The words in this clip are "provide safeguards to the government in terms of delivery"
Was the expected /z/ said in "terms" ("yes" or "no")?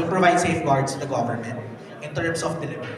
no